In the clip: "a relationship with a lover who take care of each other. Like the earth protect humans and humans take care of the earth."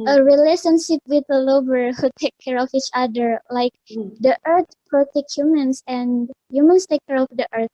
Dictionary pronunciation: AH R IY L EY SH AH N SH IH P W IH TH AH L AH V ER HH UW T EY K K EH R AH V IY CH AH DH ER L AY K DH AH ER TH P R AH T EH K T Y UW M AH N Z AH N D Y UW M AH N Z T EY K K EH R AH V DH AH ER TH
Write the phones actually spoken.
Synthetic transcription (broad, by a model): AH R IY L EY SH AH N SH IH P W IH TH AH L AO B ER HH UW T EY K K EH R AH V IY CH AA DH ER L AY K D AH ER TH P R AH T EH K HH Y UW M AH N S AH N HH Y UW M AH N S T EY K K EH R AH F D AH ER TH